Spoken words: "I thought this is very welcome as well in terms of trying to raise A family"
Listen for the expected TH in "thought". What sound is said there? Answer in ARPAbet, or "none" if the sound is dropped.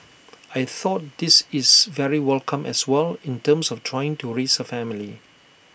TH